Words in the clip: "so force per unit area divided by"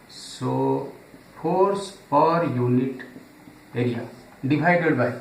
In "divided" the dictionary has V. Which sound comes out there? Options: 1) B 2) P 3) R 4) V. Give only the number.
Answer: 1